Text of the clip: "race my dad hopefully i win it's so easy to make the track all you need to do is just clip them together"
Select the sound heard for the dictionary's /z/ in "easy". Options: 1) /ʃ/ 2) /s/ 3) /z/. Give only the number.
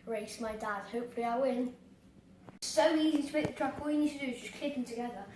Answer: 3